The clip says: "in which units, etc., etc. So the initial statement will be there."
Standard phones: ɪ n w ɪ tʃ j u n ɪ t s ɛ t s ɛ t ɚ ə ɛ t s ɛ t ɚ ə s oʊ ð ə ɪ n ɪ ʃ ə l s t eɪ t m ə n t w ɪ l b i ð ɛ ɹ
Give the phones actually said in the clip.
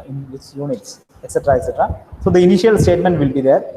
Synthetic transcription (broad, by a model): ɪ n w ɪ s j u n ɪ t s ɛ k s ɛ t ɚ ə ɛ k s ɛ t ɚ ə s oʊ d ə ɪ n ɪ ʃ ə l s t eɪ t m ə n t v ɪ l b i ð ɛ ɹ